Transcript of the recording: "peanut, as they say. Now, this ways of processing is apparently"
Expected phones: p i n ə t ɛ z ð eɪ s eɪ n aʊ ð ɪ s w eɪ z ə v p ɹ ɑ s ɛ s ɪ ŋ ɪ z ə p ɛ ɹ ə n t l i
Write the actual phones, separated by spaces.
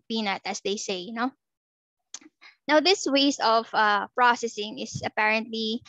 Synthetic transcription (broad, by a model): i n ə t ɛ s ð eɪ s eɪ n aʊ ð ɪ s w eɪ s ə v p ɹ ɑ s ɛ s ɪ ŋ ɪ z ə p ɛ ɹ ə n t l i